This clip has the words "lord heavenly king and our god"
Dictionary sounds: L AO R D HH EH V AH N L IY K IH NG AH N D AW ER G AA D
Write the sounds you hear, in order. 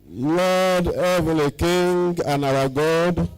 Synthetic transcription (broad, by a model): L AO D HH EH V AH L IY K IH NG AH N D AW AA G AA D